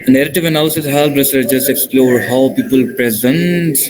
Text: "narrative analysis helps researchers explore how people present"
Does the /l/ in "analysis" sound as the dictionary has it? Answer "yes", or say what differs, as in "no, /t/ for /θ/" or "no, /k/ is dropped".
no, /l/ is dropped